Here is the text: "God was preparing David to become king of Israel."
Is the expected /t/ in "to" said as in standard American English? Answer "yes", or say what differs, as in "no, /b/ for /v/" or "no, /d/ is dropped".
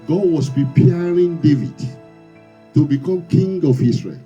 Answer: yes